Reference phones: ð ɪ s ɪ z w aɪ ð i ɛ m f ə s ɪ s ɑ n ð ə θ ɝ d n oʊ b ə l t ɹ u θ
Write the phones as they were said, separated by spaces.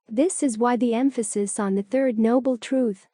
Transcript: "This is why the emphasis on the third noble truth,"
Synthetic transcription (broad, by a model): ð ɪ s ɪ z w aɪ ð i ɛ m f ə s ɪ s n ð ə θ ɝ d n oʊ b l t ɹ u θ